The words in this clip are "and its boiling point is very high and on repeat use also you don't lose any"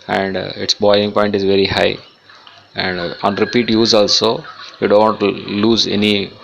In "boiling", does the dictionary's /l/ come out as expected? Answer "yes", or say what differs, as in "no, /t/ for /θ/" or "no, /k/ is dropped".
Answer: no, /l/ is dropped